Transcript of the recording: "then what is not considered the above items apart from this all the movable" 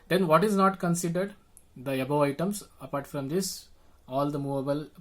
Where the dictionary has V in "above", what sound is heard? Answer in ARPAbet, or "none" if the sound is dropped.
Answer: none